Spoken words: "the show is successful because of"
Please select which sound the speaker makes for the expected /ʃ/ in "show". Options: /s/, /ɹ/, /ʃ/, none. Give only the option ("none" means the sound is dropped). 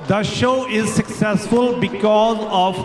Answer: /ʃ/